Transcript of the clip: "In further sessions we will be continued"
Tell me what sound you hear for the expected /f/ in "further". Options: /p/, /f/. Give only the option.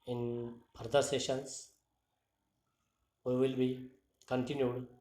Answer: /p/